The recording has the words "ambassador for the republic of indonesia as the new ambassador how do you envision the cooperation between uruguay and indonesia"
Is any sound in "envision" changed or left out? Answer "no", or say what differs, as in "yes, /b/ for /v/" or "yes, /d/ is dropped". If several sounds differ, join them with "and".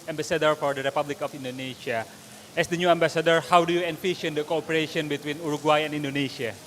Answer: yes, /f/ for /v/ and /ʃ/ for /ʒ/